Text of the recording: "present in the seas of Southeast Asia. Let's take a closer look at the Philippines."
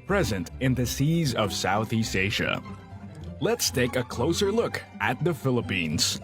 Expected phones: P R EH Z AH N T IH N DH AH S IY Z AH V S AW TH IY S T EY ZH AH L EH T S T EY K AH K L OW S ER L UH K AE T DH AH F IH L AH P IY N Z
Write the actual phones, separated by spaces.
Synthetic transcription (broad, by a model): P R EH Z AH N T IH N DH AH S IY Z AH V S AW TH IY S T EY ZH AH L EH T S T EY K AH K L OW S ER L UH K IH T DH AH F IH L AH P IY N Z